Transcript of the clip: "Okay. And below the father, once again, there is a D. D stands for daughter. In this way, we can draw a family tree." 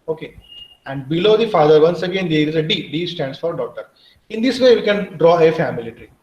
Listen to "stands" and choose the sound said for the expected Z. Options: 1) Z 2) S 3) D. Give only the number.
2